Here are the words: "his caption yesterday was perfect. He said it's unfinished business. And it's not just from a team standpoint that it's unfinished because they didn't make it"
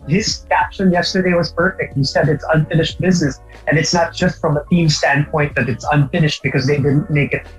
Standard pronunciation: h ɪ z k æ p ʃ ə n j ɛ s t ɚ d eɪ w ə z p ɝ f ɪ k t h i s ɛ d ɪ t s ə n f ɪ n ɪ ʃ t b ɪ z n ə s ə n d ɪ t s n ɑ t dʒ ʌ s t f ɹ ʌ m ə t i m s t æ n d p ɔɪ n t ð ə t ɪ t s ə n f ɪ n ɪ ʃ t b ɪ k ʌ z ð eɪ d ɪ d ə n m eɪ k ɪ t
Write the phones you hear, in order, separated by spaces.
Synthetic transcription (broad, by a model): h ɪ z k æ p ʃ ə n j ɛ s t ɚ d eɪ w ə z p ɝ f ɪ k t h i s ɛ d ɪ t s ə n f ɪ n ɪ ʃ t b ɪ z n ə s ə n ɪ t s n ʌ t dʒ ʌ s t f ɹ ʌ m ə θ i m s t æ n p ɔɪ n ð ə t ɪ t s ə n f ɪ n ɪ ʃ t b ɪ k ʌ z ð eɪ d ɪ d n m eɪ k ɪ t